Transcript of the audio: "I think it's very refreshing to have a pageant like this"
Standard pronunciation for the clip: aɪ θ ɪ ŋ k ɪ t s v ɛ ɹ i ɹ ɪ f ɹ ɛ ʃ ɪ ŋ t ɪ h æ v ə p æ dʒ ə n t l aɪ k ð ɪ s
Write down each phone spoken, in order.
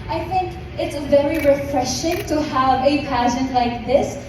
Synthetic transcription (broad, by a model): aɪ θ ɪ ŋ k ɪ t s v ɛ ɹ i ɹ ɪ f ɹ ɛ ʃ ɪ ŋ t ɪ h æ v ə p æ ʃ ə n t l aɪ k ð ɪ s